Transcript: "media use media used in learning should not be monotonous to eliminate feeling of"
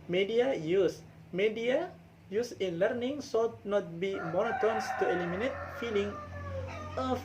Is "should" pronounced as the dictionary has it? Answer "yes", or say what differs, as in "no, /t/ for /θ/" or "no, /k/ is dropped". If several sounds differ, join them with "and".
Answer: no, /s/ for /ʃ/